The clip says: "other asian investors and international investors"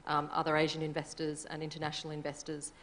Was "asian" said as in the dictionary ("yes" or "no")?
yes